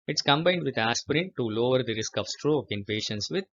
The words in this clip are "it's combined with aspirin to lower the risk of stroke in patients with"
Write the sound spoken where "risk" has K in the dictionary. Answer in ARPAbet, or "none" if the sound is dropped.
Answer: K